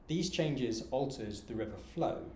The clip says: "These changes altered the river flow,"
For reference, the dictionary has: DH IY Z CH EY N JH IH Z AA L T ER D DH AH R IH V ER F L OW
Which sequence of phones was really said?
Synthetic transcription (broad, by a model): DH IY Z CH EY N JH IH Z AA L T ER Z DH AH R IH V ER F L OW